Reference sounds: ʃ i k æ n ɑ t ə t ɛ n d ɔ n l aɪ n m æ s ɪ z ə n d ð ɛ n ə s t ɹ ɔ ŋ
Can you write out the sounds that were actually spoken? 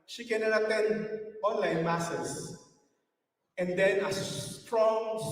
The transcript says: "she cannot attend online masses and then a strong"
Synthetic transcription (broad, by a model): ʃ i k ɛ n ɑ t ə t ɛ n ɔ n l aɪ n m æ s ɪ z ə n d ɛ n ə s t ɹ ɔ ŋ